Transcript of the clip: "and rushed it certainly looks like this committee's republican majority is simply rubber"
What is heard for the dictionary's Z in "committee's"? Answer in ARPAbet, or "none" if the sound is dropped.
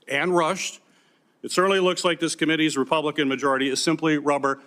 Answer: Z